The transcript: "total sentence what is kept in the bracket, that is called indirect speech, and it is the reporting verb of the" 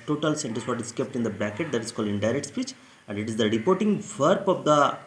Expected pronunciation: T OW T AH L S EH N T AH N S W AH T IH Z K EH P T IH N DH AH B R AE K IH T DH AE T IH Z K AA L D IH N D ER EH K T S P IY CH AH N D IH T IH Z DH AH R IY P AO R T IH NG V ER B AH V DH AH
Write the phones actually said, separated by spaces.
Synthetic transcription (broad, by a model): T OW T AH L S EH N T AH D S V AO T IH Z K EH P T IH N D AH B AE K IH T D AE T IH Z K AA L D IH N D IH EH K T S P IY CH AH N D IH T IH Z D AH R IY P AO R T IH NG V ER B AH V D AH